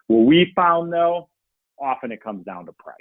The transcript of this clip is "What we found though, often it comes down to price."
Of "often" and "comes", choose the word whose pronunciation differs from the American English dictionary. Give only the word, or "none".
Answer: none